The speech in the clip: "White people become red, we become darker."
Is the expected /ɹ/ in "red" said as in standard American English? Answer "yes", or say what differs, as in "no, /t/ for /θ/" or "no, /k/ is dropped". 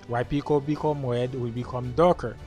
no, /w/ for /ɹ/